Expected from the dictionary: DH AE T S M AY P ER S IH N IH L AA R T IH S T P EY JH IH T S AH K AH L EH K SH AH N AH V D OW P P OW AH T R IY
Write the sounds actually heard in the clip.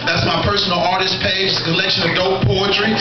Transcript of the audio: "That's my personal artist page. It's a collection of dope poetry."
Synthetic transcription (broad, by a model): DH AE T S M AY P ER S N L AA R T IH S P EY IH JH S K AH L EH K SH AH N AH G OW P P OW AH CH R IY